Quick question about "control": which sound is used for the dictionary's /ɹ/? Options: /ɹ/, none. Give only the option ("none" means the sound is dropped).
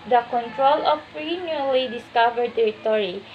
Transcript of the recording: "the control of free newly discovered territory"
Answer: /ɹ/